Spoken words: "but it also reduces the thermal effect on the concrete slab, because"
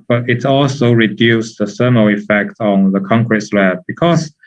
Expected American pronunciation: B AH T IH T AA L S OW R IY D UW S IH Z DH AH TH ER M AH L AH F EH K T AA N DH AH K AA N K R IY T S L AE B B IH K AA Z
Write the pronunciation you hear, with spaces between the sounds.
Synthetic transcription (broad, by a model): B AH T IH T AA L S OW R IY D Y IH S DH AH S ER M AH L AH F EH K T AA N DH AH K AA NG K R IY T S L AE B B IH K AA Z